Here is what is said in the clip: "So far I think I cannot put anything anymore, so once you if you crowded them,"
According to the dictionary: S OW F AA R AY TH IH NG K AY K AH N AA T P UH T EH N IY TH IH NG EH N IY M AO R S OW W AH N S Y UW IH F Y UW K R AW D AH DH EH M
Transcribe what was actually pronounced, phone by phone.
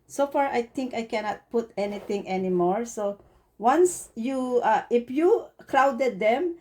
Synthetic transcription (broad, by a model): S OW F AA R AY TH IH NG K AY K AH N AA T P UH T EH N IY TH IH NG EH N IY M AO R S OW W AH N S Y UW IH F Y UW K R AW D AH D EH M